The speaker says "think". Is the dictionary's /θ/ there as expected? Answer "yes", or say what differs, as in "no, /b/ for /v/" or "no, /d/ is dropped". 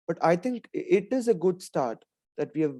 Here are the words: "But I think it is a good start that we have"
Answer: no, /t/ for /θ/